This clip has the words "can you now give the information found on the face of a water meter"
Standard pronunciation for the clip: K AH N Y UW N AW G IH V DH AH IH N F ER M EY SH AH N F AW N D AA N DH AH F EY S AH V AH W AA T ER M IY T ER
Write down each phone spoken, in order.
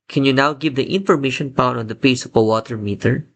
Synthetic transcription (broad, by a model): K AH N Y UW N AW G IH V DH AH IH N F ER M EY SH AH N P AW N AA N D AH P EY S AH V AH W AA T ER M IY T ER